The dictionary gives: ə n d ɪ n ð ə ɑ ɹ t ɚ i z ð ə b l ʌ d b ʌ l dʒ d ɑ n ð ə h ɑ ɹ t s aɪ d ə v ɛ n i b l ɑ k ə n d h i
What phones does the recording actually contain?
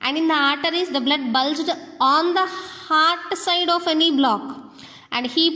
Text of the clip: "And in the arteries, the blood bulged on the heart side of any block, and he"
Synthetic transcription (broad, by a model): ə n d ɪ n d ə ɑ ɹ t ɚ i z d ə b l ʌ d b ʌ l dʒ d ɑ n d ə h ɑ ɹ t s aɪ d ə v ɛ n i b l ɑ k ə n d h i